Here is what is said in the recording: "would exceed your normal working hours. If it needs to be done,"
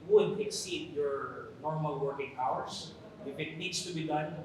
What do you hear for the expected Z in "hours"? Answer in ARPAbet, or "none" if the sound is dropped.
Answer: S